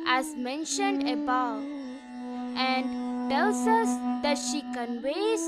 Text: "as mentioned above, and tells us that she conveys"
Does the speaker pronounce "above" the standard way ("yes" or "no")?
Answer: no